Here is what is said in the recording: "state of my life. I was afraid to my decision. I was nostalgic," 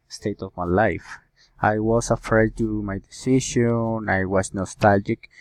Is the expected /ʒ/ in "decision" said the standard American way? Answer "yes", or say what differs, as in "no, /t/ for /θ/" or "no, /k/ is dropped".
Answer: no, /ʃ/ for /ʒ/